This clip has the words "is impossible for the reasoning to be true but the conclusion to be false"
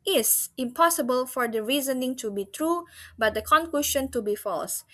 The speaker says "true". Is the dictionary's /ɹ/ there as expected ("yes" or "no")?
yes